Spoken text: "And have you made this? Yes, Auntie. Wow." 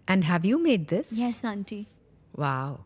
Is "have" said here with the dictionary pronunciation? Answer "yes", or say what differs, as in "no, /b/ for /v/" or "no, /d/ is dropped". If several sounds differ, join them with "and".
yes